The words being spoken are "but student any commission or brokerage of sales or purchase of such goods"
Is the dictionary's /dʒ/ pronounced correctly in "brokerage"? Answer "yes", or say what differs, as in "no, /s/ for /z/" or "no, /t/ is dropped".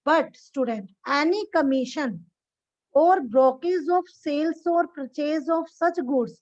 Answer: no, /z/ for /dʒ/